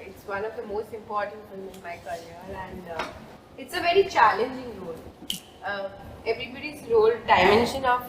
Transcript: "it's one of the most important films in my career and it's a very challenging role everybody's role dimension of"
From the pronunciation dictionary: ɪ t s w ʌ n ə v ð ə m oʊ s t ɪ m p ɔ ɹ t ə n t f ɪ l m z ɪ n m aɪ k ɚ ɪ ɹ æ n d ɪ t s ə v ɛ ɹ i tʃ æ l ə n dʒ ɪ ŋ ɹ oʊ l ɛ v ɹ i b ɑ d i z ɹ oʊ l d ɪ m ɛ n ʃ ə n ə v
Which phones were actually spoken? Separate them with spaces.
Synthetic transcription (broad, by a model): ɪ t s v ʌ n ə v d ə m oʊ s t ɪ m p ɔ ɹ t ə n t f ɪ m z ɪ n m aɪ k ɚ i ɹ æ n d ɪ t s ə v ɛ ɹ i tʃ æ l ə n dʒ ɪ ŋ ɹ oʊ l ɛ v ɹ i b ɑ d i z ɹ oʊ l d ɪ m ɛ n ʃ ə n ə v